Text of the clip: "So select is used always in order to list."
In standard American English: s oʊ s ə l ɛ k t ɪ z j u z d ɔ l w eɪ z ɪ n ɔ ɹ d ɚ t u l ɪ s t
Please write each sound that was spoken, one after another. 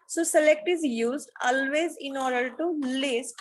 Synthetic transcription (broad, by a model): s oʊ s ə l ɛ k t ɪ z j u z d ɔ l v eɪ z ɪ n ɔ ɹ d ɚ t u l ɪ s t